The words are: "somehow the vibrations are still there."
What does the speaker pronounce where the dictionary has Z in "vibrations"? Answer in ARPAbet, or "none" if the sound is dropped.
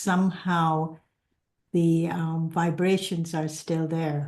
Z